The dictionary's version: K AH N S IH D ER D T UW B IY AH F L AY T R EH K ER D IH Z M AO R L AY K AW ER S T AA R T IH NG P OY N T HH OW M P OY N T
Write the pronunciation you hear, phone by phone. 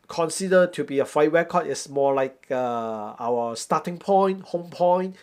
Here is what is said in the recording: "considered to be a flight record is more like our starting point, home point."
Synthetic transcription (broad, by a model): K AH N S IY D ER T UW B IY AH F AY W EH K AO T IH S M AO L AY K AW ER S T AA T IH NG P OY N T HH OW M P OY N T